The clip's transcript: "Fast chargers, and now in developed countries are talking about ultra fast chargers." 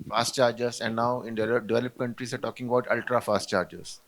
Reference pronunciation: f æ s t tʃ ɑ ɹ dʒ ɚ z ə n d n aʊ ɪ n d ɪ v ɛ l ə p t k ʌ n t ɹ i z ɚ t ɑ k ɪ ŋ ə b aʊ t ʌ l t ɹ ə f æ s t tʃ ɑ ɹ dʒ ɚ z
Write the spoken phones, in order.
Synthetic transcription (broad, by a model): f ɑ s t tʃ ɑ ɹ dʒ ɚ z ə n d n aʊ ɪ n d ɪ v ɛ l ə p k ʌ n t ɹ i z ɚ t ɑ k ɪ ŋ ə b aʊ t ʌ l t ɹ ə f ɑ s t tʃ ɑ ɹ dʒ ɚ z